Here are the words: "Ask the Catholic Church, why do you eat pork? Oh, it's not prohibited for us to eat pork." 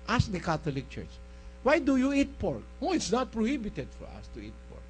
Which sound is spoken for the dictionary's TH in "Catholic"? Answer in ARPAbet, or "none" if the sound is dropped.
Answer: T